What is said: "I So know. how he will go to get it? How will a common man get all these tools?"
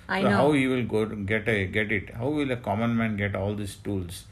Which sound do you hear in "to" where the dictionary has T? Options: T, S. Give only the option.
T